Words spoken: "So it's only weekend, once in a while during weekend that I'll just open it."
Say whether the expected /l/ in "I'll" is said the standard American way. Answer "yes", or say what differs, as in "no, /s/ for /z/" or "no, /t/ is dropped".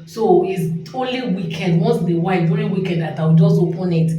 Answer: no, /w/ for /l/